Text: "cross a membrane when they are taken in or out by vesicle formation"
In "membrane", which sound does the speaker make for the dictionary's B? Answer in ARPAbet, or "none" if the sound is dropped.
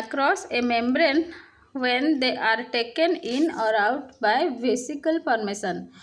B